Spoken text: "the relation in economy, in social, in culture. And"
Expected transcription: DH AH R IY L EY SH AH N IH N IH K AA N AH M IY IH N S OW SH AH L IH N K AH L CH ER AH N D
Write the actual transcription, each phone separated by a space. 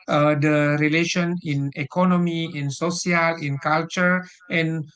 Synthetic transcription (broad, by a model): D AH R IY L EY SH AH N IH N IH K AA N AH M IY IH N S OW S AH L IH N K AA L CH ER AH N